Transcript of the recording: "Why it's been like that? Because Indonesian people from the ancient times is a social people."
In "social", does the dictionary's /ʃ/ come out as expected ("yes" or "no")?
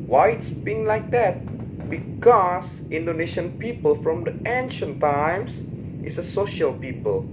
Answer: yes